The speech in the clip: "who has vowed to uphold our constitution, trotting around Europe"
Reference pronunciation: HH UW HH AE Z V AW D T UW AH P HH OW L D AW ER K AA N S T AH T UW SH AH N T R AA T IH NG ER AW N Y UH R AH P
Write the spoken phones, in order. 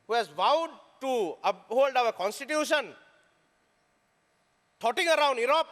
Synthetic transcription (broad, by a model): HH UW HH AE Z V AW D T UW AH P HH OW L D AW ER K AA N S T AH T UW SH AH N T AA T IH NG ER AW N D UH R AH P